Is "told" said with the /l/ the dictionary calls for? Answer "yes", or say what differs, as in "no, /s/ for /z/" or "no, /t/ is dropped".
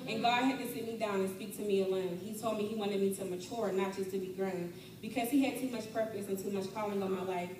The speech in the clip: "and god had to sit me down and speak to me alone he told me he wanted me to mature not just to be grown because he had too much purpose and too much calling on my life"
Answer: yes